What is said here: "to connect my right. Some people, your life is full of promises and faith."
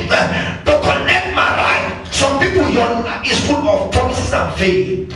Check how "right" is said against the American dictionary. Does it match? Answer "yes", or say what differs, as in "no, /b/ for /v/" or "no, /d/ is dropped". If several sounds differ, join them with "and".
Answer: no, /l/ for /ɹ/